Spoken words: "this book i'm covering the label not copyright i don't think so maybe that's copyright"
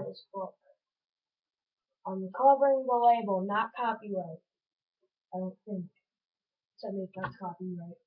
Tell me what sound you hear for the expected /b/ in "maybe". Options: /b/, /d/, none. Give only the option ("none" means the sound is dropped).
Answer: none